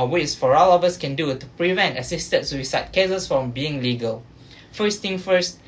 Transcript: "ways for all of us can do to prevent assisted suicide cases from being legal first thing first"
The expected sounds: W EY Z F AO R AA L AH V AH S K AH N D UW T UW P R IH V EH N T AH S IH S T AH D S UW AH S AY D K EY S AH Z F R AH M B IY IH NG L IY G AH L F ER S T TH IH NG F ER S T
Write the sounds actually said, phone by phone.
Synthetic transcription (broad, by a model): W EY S F AO R AA L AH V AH S K AH N D UW T UW P R IH V EH N T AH S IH S T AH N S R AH S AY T K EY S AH S F R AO M B IY IH NG L IY G AH L F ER S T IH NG F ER S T